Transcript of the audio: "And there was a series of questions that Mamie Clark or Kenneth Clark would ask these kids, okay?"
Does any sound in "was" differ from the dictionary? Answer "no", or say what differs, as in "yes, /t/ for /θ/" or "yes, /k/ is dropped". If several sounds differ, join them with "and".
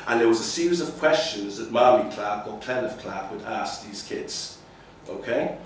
no